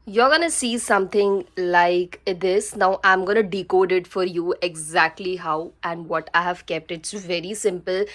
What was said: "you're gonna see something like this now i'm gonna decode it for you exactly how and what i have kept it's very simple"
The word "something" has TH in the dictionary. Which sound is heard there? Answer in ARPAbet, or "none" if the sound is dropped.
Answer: T